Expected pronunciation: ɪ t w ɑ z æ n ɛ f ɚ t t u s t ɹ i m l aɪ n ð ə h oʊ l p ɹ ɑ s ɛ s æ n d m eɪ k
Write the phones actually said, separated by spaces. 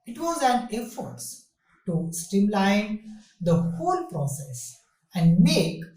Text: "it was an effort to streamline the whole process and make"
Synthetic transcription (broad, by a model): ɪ t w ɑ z æ n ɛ f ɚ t t u s t i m l aɪ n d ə h oʊ l p ɹ ɑ s ɛ s æ n d m eɪ k